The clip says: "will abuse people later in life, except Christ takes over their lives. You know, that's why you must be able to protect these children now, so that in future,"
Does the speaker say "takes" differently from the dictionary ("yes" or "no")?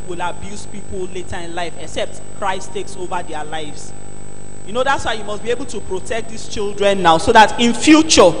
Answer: no